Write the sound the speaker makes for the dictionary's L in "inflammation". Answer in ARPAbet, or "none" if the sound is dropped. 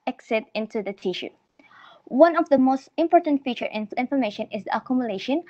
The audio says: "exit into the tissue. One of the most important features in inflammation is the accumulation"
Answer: none